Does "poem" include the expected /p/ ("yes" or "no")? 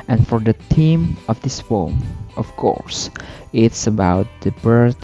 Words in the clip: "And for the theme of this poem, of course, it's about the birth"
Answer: no